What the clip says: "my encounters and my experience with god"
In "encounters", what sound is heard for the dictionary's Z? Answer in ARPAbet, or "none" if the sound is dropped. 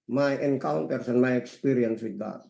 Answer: S